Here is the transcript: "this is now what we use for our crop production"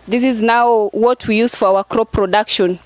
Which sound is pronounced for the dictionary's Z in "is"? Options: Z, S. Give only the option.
Z